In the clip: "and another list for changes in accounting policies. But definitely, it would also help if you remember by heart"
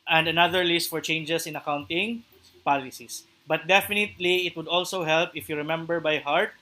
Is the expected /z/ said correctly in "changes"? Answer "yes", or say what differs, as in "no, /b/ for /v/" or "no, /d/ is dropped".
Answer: no, /s/ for /z/